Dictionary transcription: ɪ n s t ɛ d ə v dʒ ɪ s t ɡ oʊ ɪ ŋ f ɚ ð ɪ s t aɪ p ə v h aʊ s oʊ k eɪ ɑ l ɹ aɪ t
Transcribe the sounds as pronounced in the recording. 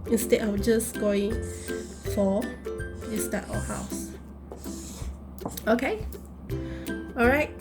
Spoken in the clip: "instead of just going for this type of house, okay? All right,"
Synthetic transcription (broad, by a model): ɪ n s t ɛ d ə w dʒ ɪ s ɡ oʊ ɪ ŋ f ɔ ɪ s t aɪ ə h aʊ s oʊ k eɪ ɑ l ɹ aɪ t